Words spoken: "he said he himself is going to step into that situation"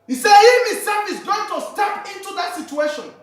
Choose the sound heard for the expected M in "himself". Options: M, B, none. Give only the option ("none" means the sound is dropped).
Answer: none